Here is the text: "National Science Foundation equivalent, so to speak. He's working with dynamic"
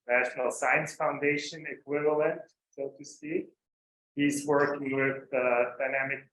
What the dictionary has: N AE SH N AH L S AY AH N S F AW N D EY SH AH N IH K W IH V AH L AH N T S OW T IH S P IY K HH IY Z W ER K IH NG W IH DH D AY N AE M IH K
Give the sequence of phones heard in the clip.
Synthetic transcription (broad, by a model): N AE SH N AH L S AY AH N S F AW N D EY SH AH N IH K W IH V AH L AH N T S OW T IH S IY HH IY Z W ER K IH NG W IH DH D AY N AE M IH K